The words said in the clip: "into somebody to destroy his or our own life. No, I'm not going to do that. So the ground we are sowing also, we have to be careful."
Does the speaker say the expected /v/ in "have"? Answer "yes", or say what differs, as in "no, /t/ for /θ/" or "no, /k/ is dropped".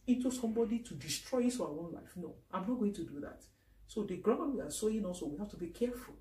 no, /f/ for /v/